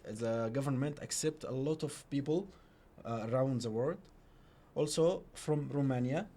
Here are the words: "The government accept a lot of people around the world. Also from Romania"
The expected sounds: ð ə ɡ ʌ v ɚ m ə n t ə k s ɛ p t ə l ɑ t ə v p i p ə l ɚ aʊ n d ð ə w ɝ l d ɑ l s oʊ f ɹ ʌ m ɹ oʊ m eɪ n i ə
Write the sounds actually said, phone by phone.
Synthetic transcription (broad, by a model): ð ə ɡ ʌ v ɚ m ə n t ə k s ɛ p t ə l ɑ t ə v p i p ə l ɚ aʊ n d ð ə w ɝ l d ɑ l s oʊ f ɹ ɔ m ɹ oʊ m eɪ n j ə